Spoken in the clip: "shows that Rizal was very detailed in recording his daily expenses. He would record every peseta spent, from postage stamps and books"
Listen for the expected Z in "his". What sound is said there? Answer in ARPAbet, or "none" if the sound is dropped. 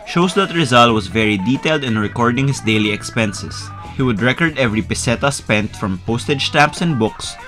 S